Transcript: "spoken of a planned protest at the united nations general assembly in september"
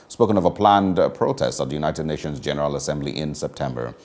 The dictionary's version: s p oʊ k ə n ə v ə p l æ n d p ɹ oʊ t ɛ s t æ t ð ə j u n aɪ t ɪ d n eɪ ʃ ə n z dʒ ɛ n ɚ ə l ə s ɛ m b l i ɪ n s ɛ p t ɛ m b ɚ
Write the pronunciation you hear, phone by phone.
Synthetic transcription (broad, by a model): s p oʊ k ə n ə v ə p l æ n d p ɹ oʊ t ɛ s t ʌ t ð ə j u n aɪ t ɪ d n eɪ ʃ ə n z dʒ ɛ n ɚ ə l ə s ɛ m b l i ɪ n s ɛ p t ɛ m b ɚ